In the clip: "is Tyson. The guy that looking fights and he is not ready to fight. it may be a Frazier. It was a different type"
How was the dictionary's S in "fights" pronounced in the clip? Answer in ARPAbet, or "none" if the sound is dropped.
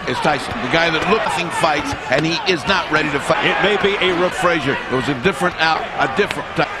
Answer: S